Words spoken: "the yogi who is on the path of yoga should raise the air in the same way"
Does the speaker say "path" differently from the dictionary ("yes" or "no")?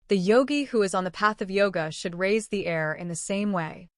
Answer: no